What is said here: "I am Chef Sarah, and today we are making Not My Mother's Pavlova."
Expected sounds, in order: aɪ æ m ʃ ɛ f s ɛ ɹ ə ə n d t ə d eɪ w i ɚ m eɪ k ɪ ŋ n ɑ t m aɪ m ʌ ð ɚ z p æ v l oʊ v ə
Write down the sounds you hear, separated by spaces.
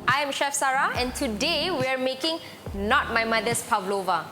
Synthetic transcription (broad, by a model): aɪ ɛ m ʃ ɛ f s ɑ ɹ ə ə n t ə d eɪ w i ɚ m eɪ k ɪ ŋ n ɑ t m aɪ m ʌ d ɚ s p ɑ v l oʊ v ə